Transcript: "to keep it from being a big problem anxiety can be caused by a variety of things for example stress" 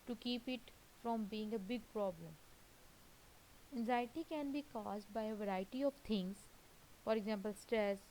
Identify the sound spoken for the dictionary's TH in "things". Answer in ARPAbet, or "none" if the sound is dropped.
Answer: T